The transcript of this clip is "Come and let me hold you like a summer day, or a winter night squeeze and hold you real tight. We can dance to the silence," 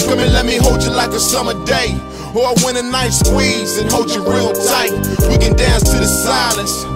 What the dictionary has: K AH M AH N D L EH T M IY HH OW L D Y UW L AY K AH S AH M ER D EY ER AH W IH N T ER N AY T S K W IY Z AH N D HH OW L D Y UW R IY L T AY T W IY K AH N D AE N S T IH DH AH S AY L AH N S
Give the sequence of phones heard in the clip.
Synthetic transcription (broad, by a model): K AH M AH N L EH T M IY HH OW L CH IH L AY K AH S AH M ER D EY ER AH W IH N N N AY T S K W IY Z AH N HH OW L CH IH R IY L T AY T W IY K AH N D AE N S T IH DH AH S AY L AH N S